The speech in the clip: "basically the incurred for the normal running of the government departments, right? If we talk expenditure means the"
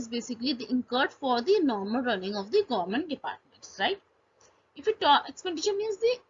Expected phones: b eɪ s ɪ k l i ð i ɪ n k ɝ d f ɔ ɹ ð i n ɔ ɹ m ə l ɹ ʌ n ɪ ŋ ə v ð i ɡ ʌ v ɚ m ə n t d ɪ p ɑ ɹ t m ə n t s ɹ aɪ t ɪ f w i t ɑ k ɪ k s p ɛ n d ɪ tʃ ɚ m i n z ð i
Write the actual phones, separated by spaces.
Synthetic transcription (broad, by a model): b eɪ s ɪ k l i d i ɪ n k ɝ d f ɔ ɹ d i n ɔ ɹ m ə l ɹ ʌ n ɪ ŋ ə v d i ɡ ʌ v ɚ m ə n t d ɪ p ɑ ɹ t m ə n t s ɹ aɪ t ɪ f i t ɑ ɪ k s p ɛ n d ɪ ʃ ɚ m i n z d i